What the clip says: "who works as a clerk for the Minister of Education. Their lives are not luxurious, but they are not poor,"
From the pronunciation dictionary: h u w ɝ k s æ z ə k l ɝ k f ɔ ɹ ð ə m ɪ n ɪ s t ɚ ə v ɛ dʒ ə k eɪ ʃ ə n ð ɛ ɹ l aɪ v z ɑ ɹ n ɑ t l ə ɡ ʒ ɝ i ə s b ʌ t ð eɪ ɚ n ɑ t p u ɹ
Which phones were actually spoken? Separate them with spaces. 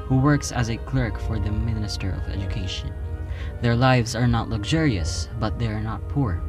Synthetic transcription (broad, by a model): h u w ɝ k s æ z ə k l ɝ k f ɔ ɹ ð ə m ɪ n ɪ s t ɚ ə v ɛ dʒ ə k eɪ ʃ ə n ð ɛ ɹ l aɪ v z ɑ ɹ n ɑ t l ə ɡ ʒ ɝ i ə s b ʌ t ð eɪ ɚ n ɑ t p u ɹ